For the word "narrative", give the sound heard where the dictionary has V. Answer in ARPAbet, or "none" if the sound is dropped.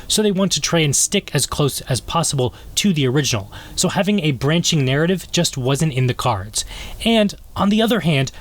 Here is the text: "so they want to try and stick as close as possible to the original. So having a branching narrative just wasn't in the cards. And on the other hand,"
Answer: V